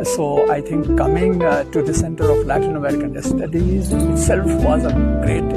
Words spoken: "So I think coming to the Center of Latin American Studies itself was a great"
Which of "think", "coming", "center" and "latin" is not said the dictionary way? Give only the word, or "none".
think